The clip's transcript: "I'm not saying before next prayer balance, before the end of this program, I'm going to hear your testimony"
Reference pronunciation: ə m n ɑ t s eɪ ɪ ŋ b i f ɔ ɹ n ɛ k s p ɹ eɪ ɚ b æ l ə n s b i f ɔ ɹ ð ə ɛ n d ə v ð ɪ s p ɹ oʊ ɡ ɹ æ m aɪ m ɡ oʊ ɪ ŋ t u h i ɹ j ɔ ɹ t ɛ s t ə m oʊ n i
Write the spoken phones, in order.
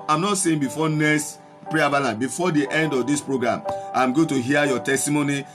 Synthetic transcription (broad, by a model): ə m n ɑ t s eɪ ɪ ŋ b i f ɔ n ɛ s p ɹ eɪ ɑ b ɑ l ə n b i f ɔ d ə ɛ n d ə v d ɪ s p ɹ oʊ ɡ ɹ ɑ m aɪ m ɡ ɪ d t u h i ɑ j ɔ t ɛ s t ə m oʊ n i